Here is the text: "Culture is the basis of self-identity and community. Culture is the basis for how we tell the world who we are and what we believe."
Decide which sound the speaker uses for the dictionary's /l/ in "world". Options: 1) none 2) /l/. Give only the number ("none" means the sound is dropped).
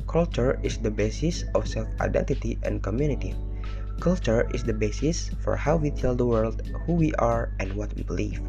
2